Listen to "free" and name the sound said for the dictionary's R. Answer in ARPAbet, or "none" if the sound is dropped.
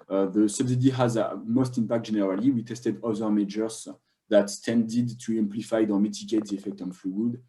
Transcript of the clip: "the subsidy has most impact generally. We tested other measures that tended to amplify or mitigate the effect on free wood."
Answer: L